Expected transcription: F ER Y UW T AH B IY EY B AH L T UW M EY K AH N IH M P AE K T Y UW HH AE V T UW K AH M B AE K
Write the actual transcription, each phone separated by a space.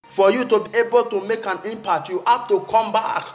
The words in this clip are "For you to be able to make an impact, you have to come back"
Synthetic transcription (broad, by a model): F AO Y UW T AH B IY EY B AH L T UW M EY K AH N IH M P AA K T Y UW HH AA P T UW K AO M B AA K